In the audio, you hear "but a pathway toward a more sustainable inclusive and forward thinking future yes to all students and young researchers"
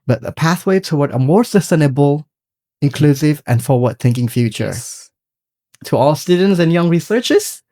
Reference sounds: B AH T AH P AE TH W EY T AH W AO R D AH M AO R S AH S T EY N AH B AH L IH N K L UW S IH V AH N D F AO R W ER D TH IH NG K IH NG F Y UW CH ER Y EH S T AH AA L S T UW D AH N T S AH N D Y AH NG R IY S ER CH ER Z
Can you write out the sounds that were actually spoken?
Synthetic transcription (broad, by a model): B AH T AH P AE TH W EY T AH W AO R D AH M AO R S AH S T EY N AH B AH L IH N K L UW S IH V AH N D F AO R W ER D TH IH NG K IH NG F Y UW CH ER T AH AA L S T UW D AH N T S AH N Y AH NG R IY S ER CH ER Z